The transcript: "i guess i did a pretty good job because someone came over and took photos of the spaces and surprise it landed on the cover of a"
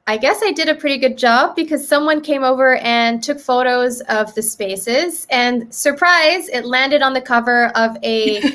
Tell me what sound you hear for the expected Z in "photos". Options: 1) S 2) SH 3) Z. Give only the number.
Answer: 3